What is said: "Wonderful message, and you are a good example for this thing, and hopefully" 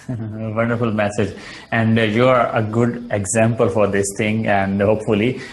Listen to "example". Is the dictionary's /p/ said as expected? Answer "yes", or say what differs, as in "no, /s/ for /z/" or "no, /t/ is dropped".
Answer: yes